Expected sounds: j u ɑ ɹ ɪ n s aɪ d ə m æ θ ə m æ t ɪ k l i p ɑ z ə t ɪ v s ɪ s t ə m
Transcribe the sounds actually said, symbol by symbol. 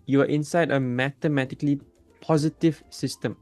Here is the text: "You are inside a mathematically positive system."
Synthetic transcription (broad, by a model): j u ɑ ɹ ɪ n s aɪ d ə m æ t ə m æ t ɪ k l i p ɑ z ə t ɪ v s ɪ s t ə m